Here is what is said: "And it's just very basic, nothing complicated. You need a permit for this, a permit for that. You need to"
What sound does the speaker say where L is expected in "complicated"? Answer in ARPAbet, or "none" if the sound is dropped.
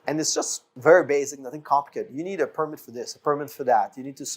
none